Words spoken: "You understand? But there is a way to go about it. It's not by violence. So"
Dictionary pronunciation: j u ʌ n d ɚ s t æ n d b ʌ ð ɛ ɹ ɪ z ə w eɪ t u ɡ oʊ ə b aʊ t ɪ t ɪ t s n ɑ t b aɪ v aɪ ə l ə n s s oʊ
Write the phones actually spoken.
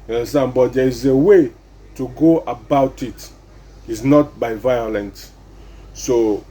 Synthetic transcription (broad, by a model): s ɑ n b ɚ t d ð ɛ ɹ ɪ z ə w eɪ t u ɡ oʊ ə b aʊ t ɪ t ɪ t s n ɑ t b aɪ v aɪ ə l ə n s s oʊ